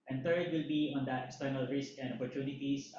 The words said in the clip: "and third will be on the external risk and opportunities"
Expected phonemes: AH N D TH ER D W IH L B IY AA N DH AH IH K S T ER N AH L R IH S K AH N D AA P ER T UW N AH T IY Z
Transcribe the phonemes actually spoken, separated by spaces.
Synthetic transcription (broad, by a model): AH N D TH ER D W IH L B IY AA N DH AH IH K S T ER N AH L R IH S K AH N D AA P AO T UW N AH T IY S